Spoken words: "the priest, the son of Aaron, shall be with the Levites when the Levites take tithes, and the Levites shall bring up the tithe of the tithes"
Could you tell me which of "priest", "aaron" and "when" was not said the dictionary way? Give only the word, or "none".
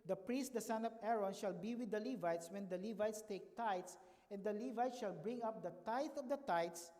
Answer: none